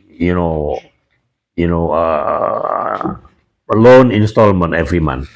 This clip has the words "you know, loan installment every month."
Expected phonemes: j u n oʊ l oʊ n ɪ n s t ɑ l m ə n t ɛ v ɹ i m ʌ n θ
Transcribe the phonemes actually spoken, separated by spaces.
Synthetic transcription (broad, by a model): j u n oʊ l oʊ n ɪ n s t ɑ l m ə n t ɛ v ɹ i m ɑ n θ